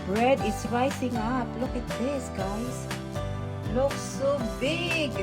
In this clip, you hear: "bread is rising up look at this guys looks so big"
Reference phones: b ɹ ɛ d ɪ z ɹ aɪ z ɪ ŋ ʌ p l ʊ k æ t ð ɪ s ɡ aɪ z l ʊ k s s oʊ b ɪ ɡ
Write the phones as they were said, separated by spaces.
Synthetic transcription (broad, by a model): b ɹ ɛ d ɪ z ɹ aɪ s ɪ ŋ ʌ p l ʊ k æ t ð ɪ s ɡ aɪ s l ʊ k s s oʊ b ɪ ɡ